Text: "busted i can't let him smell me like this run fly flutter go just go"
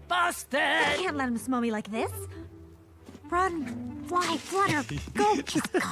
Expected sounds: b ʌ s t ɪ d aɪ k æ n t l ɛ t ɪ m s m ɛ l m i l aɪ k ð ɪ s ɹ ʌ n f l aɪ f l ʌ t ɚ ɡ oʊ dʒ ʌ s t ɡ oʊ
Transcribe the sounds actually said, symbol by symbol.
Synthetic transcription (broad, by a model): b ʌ s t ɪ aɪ k æ n t l ɛ t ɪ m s m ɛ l m i l aɪ k ð ɪ s ɹ ʌ n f aɪ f w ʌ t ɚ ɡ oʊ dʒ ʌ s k